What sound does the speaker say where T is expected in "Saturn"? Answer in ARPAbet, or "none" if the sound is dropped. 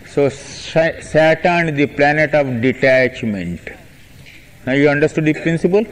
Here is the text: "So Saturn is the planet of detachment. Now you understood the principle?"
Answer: S